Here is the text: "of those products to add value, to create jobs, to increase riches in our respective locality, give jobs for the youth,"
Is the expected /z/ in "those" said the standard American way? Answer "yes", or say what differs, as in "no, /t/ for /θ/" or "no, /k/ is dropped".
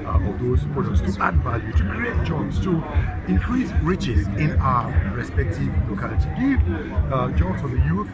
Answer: no, /s/ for /z/